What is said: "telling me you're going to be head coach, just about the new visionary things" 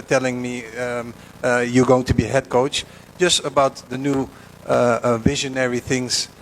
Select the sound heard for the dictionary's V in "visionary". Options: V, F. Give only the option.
V